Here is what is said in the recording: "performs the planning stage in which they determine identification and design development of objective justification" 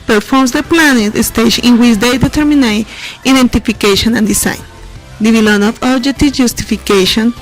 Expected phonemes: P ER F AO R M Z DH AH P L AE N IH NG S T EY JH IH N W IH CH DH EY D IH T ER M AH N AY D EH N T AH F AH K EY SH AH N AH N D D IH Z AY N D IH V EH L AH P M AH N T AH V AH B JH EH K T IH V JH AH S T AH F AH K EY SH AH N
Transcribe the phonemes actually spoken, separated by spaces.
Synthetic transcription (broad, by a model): P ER F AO R M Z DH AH P L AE N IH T S T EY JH IH N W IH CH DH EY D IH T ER M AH N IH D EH N T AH F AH K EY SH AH N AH N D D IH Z AY N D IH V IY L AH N AH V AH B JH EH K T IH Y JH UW S T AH F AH K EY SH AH N